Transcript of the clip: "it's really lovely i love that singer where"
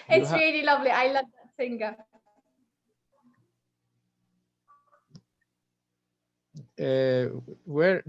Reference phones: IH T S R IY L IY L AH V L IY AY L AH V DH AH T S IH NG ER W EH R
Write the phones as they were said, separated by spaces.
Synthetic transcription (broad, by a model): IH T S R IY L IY L AH V L IY AY L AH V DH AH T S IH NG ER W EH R